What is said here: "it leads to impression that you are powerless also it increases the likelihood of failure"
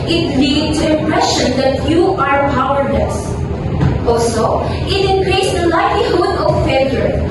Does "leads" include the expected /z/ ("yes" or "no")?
no